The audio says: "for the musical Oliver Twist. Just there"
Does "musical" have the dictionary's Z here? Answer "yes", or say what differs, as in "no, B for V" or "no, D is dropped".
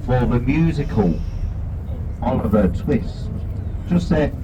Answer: yes